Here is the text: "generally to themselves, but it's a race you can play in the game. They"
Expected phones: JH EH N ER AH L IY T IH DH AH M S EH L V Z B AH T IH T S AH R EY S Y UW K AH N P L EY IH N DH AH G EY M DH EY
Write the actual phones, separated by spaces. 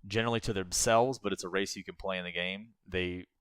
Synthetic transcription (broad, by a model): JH EH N ER L IY T IH DH AH M S EH L V Z B AH T IH T S AH R EY S Y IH K AH N P L EY IH N DH AH G EY M DH EY